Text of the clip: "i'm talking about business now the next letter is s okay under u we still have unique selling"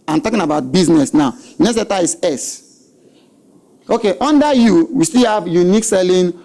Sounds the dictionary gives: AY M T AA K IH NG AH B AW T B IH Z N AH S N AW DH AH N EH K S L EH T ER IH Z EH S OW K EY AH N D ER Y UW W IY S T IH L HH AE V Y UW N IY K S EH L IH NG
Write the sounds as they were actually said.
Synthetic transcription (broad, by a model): AY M T AA K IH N AH B AW T B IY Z N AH S N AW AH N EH S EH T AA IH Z EH S OW K EY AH N D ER Y UW W IY S T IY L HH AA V Y UW N IY K S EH L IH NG